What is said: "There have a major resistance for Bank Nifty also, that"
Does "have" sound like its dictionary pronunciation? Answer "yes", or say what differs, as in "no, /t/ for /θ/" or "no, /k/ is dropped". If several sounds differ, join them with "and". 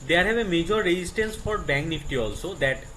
no, /b/ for /v/